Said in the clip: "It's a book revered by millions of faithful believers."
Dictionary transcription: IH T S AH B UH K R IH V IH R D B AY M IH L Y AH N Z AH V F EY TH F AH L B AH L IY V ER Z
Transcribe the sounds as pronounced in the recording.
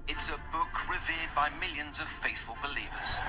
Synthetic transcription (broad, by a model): IH T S AH B UH K R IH V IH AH D B AY M IH L Y AH N Z AH V F EY TH F AH L B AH L IY V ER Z